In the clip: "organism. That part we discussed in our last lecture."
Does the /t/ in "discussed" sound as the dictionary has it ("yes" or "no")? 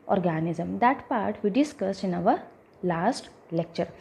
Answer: no